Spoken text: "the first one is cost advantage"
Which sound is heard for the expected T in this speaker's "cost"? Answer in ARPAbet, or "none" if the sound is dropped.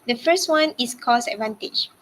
none